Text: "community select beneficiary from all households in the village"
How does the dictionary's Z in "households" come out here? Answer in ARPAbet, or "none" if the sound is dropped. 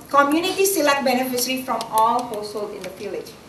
none